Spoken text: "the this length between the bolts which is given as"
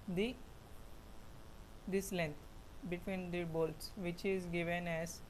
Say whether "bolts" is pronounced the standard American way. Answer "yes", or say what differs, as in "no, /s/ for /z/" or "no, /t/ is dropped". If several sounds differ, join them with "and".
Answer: yes